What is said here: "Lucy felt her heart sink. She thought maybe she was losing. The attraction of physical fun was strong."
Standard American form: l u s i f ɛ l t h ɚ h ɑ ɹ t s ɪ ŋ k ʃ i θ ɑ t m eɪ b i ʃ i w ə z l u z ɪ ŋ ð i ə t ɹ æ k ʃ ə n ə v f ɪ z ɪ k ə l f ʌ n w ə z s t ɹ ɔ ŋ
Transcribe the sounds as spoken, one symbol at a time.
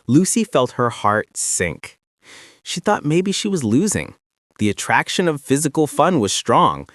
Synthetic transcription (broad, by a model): l u s i f ɛ l t h ɚ h ɑ ɹ t s ɪ ŋ k ʃ i θ ɑ t m eɪ b i ʃ i w ə z l u z ɪ ŋ ð i ə t ɹ æ k ʃ ə n ə v f ɪ z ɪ k l f ʌ n w ə z s t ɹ ɔ ŋ